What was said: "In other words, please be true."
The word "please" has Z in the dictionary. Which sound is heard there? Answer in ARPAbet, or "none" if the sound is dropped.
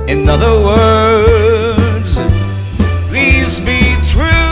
Z